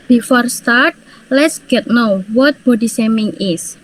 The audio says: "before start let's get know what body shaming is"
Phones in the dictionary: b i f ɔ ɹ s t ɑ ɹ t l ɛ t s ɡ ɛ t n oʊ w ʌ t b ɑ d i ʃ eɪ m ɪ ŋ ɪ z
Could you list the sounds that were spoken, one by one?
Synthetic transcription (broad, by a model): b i f ɔ ɹ s t ɑ ɹ t l ɛ t s ɡ ɛ t n oʊ w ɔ t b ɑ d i s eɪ m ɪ ŋ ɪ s